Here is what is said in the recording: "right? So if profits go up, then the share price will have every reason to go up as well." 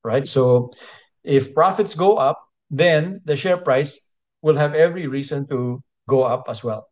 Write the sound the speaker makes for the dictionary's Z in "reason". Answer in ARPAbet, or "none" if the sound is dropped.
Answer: S